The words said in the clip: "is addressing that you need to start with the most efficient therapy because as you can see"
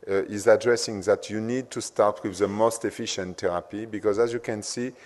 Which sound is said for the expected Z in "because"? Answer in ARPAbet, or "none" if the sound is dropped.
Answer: Z